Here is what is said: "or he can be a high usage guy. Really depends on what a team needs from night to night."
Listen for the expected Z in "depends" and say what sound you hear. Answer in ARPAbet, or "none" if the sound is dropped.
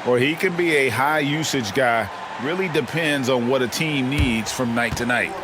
Z